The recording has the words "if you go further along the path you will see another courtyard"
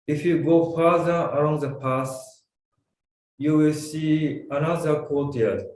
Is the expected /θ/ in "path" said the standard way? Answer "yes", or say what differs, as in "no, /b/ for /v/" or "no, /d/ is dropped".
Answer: no, /s/ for /θ/